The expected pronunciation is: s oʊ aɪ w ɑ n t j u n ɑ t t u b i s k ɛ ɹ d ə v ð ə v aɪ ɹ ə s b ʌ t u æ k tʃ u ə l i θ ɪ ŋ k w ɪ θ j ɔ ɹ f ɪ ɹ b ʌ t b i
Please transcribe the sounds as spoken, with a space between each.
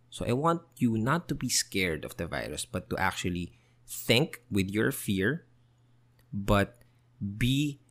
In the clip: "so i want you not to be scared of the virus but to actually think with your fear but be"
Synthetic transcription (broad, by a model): s oʊ aɪ w ɑ n t j u n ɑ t t u b i s k ɛ ɹ d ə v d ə v aɪ ɹ ə s b ʌ t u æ k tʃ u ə l i θ ɪ ŋ k w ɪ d j ɔ ɹ f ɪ ɹ b ʌ t b i